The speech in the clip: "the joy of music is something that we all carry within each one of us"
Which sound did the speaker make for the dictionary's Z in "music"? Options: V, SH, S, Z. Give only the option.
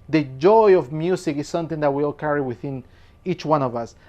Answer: S